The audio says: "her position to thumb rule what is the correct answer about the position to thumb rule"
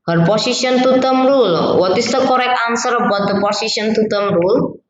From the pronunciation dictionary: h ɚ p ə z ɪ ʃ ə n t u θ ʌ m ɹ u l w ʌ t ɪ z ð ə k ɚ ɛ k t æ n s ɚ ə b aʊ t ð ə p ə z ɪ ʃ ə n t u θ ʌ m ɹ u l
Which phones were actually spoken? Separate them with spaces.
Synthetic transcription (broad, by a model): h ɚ p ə s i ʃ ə n t u t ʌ m ɹ u l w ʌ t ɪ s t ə k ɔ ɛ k ɑ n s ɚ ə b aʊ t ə p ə s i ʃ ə n t u t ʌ m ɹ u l